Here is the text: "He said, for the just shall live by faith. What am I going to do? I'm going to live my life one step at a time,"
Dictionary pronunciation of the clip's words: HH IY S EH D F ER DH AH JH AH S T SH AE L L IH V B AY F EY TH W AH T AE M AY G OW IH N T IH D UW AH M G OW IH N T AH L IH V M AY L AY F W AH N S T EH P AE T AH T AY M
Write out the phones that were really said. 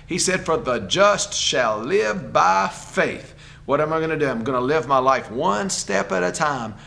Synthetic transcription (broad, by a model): HH IY S EH D F ER DH AH JH AH S T SH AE L L IH V B AY F EY TH W AH T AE M AY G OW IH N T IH D UW AH M G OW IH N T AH L IH V M AY L AY F W AH N S T EH P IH T AH T AY M